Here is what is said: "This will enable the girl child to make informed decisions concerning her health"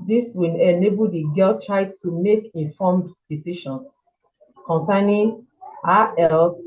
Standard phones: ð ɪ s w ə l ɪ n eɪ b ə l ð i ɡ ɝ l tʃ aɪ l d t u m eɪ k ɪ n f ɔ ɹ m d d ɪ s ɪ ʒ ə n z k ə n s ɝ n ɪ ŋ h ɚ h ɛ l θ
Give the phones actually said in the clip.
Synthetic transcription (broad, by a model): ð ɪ s w ə l ɪ n eɪ b ə l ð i ɡ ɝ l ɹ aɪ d t u m eɪ k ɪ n f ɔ m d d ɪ s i ʃ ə n s k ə n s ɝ n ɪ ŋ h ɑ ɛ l